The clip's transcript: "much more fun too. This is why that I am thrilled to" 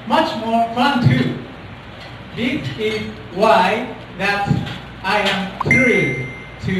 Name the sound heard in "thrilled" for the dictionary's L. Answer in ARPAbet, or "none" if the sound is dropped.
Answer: none